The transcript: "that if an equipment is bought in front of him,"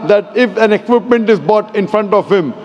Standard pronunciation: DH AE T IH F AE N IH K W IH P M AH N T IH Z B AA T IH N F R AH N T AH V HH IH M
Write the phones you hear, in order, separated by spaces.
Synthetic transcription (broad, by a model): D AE T IH F AE N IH K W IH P M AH N T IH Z B AA T IH N F R AH N T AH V HH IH M